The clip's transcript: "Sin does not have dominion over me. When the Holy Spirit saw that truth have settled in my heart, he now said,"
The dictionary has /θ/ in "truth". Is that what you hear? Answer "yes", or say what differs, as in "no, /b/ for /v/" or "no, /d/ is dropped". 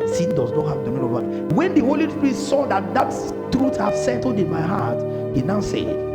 no, /t/ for /θ/